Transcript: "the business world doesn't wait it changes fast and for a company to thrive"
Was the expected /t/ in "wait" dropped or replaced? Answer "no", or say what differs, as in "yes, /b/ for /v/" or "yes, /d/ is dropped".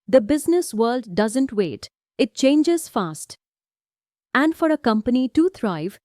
no